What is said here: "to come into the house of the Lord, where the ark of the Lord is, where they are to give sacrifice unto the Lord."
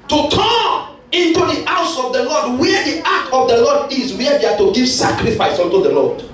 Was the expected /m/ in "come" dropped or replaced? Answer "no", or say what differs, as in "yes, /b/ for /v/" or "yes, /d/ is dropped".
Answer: yes, /m/ is dropped